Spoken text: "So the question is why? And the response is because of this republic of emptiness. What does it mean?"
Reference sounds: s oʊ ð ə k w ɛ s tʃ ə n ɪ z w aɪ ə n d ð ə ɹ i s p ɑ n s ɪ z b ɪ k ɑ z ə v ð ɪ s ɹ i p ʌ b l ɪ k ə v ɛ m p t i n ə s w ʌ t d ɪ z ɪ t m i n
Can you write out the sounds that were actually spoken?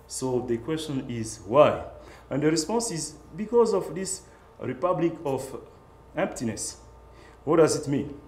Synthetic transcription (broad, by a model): s oʊ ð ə k w ɛ s tʃ ə n ɪ z w aɪ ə n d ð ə ɹ i s p ɑ n s ɪ z b ɪ k ɑ z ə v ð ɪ s ɹ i p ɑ b l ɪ k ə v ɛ m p t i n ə s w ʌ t d ɪ z ɪ t m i n